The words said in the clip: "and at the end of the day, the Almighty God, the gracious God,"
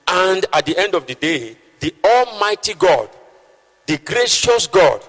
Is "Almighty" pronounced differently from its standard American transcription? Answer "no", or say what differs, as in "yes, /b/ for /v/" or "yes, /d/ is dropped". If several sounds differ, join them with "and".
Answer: no